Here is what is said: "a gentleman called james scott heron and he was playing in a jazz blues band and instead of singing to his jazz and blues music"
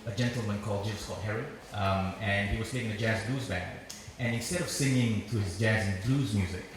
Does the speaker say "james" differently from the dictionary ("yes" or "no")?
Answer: yes